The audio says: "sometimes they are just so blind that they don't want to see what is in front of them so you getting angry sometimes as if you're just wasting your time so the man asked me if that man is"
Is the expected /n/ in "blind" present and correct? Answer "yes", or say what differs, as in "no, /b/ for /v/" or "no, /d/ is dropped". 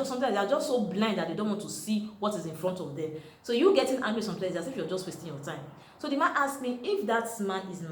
yes